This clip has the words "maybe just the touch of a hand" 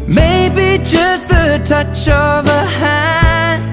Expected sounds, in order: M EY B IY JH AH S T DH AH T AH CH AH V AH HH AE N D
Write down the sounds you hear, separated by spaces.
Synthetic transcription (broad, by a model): M EY B IY JH AH S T DH AH T AH CH AH V AH HH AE